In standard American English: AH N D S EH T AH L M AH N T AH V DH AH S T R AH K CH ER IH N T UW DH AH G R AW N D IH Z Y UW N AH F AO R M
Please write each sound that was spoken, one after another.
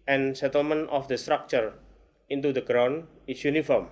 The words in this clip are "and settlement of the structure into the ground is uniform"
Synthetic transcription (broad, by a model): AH N S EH T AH L M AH N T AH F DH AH S T R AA K CH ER IH N T UW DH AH G R AW N IH S Y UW N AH F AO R M